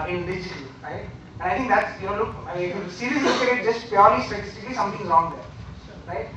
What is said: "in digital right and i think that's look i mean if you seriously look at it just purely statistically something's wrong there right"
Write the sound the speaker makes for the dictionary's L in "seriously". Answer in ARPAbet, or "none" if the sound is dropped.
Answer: none